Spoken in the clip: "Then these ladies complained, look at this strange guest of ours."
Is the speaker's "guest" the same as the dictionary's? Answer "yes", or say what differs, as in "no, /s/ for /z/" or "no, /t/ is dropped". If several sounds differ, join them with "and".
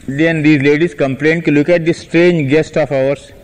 yes